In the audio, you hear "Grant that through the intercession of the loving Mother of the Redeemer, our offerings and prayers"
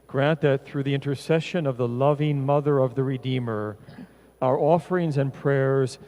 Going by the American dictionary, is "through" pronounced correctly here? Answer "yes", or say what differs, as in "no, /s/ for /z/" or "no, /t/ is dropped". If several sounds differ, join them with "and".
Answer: yes